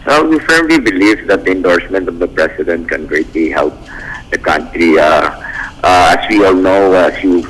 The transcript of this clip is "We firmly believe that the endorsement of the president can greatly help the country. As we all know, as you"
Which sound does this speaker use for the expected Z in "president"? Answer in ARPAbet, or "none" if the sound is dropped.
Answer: S